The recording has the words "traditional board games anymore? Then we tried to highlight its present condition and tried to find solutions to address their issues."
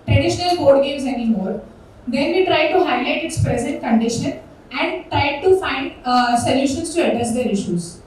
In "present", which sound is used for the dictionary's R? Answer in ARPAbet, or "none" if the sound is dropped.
R